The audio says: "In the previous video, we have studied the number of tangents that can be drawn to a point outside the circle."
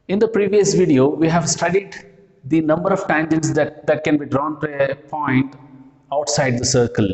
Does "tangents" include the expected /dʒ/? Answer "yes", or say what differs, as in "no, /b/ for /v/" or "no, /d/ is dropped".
yes